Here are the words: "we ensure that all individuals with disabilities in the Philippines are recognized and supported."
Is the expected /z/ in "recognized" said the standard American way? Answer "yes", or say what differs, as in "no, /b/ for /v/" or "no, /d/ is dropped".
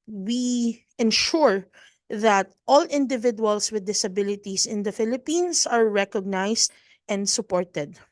no, /s/ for /z/